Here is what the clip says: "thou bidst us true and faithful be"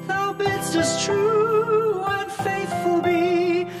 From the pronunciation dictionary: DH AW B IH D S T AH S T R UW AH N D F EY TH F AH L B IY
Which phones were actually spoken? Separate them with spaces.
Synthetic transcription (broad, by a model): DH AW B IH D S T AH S T R UW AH N F EY TH F AH L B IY